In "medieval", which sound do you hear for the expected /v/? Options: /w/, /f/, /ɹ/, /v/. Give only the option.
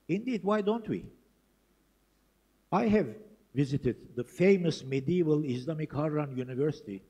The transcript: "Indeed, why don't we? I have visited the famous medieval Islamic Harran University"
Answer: /v/